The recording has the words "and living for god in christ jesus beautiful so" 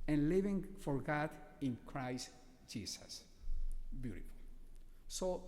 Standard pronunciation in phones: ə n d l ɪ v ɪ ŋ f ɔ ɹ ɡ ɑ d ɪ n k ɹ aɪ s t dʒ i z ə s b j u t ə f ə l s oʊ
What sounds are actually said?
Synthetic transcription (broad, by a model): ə n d l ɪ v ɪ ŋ f ɔ ɹ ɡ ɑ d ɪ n k ɹ aɪ s t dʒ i s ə s b j u t ə f ə l s oʊ